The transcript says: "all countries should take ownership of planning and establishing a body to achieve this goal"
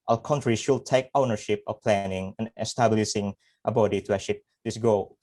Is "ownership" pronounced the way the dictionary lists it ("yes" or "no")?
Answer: yes